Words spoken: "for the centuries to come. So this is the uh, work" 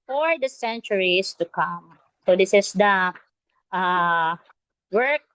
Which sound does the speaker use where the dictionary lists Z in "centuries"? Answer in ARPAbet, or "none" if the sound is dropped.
S